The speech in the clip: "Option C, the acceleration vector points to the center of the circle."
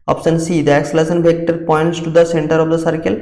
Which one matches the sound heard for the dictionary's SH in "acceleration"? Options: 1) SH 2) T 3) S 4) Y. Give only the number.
3